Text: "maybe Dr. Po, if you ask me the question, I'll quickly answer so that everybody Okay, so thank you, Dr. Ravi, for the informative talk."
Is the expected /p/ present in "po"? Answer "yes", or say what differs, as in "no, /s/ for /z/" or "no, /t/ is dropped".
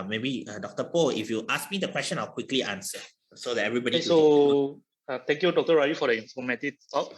yes